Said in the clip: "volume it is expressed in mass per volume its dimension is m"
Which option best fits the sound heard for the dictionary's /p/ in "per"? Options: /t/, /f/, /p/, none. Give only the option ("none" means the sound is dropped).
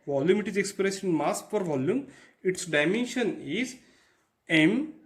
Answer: /f/